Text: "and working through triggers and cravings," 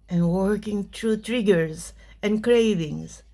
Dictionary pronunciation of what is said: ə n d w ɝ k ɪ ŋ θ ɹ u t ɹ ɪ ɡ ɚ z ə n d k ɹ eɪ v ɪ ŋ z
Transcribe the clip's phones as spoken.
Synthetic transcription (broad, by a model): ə n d w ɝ k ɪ ŋ t ɹ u t ɹ ɪ ɡ ɚ z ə n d k ɹ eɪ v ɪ ŋ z